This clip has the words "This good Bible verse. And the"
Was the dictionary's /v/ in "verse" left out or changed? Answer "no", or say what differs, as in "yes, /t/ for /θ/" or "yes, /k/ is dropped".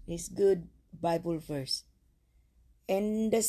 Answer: yes, /f/ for /v/